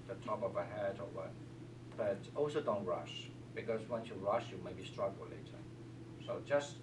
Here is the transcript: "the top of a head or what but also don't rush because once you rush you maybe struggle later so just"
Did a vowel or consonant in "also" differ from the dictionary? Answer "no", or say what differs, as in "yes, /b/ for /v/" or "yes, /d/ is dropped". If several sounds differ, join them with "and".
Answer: no